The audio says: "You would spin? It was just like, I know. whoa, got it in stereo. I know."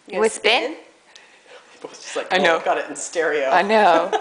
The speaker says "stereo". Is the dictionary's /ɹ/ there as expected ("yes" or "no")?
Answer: yes